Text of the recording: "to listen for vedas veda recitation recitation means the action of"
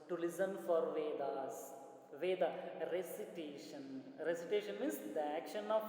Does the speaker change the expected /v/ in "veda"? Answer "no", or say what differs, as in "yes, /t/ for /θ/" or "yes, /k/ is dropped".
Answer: no